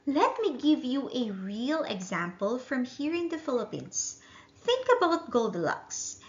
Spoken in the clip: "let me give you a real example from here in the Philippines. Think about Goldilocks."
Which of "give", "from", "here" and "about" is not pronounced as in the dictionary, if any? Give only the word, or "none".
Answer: none